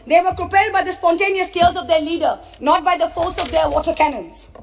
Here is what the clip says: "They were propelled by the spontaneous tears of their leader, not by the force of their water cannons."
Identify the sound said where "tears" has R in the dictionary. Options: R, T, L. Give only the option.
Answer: L